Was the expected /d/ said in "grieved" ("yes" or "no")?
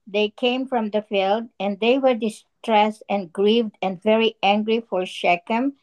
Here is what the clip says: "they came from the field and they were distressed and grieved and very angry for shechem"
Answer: yes